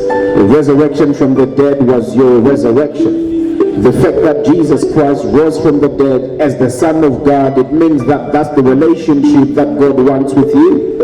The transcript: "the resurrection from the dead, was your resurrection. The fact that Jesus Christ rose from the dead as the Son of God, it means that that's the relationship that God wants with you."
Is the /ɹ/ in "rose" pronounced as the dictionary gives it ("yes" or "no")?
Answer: no